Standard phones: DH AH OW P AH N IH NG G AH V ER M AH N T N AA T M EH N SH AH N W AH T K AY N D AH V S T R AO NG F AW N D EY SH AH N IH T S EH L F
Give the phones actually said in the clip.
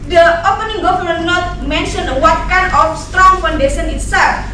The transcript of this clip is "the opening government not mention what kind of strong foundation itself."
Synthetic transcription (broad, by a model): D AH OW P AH N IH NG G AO F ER AH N N AA T M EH N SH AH N W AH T K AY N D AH F S T R AO NG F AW N D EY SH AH N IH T S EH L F